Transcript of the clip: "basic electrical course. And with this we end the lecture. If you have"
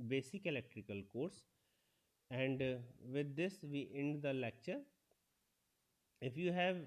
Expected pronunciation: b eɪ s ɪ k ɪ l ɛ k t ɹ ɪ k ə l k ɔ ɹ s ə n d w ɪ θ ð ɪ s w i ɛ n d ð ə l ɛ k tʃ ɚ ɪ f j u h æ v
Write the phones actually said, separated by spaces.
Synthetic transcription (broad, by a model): b eɪ s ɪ k ɪ l ɛ k t ɹ ɪ k ə l k ɔ ɹ s ə n d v ɪ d ɪ s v i ɛ n d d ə l ɛ k tʃ ɚ ɪ f j u h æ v